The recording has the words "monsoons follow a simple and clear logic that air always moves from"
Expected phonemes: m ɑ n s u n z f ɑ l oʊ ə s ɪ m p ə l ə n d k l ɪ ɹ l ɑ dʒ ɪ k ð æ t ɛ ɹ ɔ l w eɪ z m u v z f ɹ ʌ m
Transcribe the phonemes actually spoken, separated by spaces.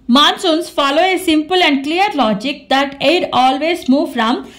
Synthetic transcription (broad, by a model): m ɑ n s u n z f ɑ l oʊ ə s ɪ m p ə l ə n d k l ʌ ɹ l ɑ dʒ ɪ k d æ t ɛ ɹ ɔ l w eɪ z m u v f ɹ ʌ m